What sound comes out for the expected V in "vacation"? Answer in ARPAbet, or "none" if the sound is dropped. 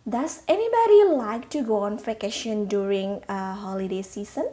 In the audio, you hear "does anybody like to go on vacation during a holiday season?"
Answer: F